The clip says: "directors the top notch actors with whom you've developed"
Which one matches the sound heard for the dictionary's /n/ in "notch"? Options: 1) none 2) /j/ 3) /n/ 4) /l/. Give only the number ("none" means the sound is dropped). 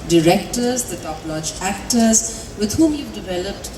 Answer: 4